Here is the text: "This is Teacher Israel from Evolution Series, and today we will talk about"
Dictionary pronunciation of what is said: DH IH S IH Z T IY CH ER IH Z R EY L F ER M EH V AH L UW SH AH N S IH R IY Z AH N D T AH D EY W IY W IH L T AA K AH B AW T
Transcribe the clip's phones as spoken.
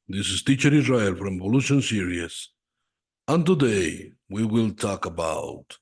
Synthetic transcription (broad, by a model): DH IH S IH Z T IY CH ER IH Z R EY L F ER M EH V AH L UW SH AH N S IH R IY S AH N T AH D EY W IY W IH L T AA K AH B AW T